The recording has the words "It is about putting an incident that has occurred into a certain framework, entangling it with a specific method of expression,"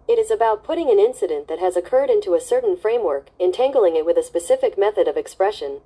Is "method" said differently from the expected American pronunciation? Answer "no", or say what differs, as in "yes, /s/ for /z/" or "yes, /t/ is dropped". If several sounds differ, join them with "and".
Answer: no